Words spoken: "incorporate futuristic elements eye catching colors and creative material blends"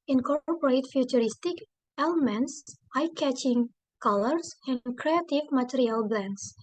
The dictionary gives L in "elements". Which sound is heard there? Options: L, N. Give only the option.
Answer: L